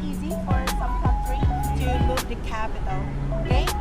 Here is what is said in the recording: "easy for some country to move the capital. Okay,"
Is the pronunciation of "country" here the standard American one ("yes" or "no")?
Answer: no